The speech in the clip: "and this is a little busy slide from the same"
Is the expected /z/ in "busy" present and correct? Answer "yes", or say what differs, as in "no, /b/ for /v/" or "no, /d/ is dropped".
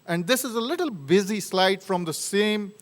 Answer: yes